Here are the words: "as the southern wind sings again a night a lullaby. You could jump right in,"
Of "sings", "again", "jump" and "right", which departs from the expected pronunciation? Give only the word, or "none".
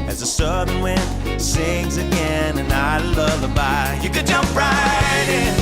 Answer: none